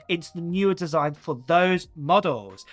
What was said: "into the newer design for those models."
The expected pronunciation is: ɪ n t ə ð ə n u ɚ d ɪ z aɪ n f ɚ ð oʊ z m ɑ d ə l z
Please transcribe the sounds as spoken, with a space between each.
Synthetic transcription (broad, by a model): ɪ n t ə ð ə n u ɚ d ɪ z aɪ n f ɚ ð oʊ z m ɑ d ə l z